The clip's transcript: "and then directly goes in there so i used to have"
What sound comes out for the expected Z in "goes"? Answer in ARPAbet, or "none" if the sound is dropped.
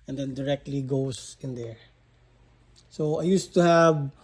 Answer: S